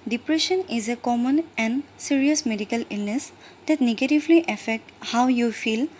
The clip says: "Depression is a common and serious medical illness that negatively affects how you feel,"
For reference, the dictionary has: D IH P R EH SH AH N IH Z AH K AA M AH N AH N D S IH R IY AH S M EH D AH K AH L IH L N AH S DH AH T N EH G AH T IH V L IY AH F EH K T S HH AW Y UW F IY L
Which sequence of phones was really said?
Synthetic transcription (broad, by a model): D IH P R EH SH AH N IH Z AH K AA M AH N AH N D S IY R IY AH S M EH D AH K AH L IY L N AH S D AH T N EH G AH T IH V L IY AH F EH K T HH AW Y UW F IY L